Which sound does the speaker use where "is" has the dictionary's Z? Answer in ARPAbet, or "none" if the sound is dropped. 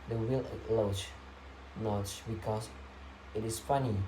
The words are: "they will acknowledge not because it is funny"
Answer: S